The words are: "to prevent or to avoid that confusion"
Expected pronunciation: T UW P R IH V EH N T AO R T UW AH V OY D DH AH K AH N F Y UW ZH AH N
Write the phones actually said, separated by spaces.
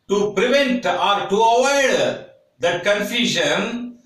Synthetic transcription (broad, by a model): T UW P R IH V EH N T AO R T UW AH W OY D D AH K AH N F Y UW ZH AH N